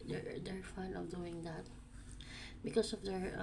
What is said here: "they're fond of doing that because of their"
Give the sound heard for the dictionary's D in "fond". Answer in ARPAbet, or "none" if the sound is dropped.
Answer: none